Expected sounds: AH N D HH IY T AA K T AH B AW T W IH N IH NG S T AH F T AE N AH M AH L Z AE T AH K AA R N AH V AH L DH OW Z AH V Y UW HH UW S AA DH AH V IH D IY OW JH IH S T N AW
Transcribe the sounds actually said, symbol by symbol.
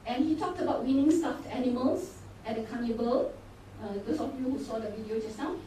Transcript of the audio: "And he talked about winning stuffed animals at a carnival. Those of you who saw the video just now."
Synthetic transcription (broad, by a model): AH N HH IY T AA K T AH B AW T W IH N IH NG S T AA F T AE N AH M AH L S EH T AH K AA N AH B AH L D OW S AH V Y UW HH UW S AA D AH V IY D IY OW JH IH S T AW